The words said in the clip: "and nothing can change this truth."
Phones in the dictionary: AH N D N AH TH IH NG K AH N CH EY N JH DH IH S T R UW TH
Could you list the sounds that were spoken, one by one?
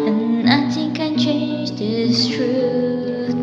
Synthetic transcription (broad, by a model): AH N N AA T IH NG K AH N CH EY N JH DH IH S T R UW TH